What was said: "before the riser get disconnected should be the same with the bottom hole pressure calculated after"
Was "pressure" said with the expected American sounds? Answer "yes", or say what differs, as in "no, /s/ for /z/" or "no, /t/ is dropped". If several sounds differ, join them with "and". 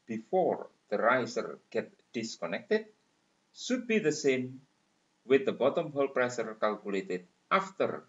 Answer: no, /s/ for /ʃ/